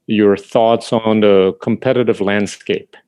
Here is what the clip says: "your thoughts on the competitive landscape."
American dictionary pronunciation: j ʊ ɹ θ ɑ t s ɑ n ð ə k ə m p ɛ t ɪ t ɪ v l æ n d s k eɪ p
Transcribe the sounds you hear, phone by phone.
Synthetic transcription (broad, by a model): j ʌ ɹ θ ɑ t s n ð ə k ə m p ɛ t ɪ t ɪ v l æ n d s k eɪ p